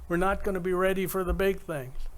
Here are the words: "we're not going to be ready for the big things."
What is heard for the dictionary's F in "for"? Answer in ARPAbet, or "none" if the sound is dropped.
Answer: F